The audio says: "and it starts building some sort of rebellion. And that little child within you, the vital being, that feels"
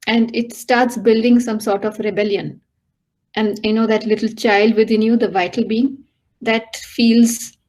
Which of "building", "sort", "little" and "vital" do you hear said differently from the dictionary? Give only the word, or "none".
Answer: none